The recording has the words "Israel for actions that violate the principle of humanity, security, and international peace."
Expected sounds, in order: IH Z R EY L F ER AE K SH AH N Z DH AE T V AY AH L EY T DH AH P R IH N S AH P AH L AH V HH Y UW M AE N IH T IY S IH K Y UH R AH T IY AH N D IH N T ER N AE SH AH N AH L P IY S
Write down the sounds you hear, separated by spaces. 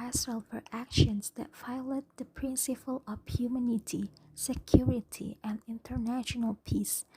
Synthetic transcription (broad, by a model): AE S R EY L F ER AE K SH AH N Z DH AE T F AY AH L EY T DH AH P R IH N S AH P AH L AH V HH Y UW M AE N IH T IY S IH K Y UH R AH T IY AH N D IH N T ER N AE SH AH N AH L P IY S